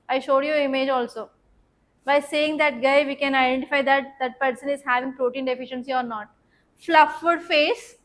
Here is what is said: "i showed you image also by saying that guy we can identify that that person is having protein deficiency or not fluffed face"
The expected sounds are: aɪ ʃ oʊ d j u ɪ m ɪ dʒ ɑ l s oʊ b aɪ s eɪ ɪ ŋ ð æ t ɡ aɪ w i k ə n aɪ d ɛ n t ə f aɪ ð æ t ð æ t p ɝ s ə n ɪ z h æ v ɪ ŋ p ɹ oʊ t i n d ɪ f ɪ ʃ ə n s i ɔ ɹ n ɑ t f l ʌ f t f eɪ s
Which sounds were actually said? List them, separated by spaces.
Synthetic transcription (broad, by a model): aɪ ʃ oʊ d j u ɪ m ɪ dʒ ɑ l s oʊ b aɪ s eɪ ɪ ŋ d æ t ɡ aɪ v i k ə n aɪ d ɛ n t ə f aɪ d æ t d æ t p ɝ s ə n ɪ z h æ v ɪ ŋ p ɹ oʊ t i n d ɪ f ɪ ʃ ə n s i ɔ ɹ n ɑ t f l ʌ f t f eɪ s